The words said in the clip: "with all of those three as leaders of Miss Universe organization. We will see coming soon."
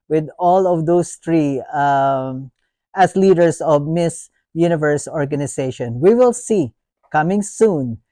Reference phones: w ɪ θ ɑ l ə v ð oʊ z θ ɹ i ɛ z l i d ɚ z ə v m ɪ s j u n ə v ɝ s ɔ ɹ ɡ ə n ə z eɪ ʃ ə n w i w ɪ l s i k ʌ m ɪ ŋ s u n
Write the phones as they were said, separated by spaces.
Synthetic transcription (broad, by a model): w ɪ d ɑ l ə v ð oʊ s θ ɹ i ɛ s l i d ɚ s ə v m ɪ s j u n ə v ɝ s ɔ ɹ ɡ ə n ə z eɪ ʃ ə n w i w ɪ l s i k ʌ m ɪ ŋ s u n